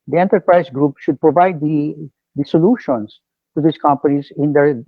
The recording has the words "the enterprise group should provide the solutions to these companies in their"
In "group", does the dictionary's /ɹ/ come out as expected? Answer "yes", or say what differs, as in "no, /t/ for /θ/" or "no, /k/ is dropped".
yes